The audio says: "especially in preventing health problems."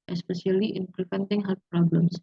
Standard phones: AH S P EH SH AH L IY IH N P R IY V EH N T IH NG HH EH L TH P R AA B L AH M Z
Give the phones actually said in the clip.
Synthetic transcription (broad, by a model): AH S P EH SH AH L IY IH N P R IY F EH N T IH NG HH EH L F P R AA B L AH M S